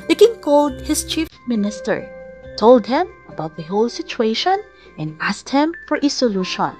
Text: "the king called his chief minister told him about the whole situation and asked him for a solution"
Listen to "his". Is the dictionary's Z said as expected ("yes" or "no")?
no